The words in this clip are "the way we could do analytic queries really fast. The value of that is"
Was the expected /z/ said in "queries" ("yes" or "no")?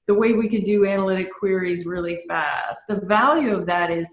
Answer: yes